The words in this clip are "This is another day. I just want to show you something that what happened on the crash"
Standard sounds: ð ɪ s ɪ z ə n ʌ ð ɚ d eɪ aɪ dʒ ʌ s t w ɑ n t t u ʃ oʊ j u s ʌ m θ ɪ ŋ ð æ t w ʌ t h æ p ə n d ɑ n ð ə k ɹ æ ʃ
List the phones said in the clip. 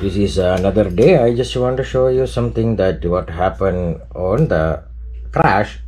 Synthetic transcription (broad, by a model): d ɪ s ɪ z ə n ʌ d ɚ d eɪ aɪ dʒ ʌ s t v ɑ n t t u ʃ oʊ j u s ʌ m t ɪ ŋ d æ t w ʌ t h æ p ə n d ɑ n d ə k ɹ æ ʃ